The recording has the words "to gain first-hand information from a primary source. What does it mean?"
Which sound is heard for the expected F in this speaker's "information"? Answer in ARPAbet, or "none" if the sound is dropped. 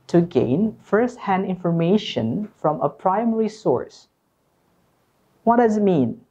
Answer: F